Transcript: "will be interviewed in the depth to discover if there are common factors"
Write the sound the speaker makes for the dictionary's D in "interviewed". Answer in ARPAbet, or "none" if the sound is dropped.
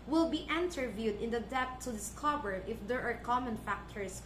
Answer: D